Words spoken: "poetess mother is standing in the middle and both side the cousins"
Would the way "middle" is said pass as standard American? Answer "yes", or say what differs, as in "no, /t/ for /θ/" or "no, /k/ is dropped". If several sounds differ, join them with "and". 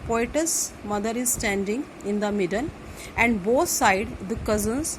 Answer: no, /n/ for /l/